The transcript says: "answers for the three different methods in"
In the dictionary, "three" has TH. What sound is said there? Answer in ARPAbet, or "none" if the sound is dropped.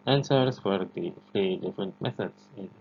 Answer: F